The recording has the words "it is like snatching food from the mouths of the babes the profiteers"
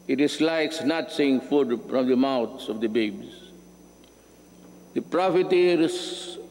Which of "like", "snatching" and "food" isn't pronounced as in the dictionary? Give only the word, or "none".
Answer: snatching